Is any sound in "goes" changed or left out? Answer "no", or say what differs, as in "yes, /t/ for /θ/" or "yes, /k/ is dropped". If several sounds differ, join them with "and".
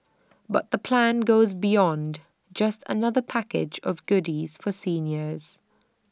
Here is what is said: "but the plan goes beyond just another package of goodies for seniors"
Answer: no